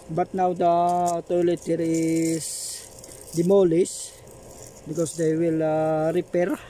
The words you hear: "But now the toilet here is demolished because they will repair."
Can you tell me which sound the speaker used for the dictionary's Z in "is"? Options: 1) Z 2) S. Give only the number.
2